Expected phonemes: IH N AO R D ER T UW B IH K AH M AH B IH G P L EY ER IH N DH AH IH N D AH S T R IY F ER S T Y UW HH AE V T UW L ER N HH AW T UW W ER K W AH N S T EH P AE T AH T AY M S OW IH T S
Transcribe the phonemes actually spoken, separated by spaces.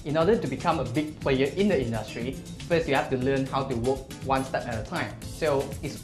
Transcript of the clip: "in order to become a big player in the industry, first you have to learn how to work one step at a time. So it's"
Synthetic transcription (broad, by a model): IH N AO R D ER T UW B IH K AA M AH B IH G P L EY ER IH N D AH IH N D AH S T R IY F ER S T Y UW HH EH F T UW L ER N HH AW T UW W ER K W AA N S T EH P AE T AH T AY M S OW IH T S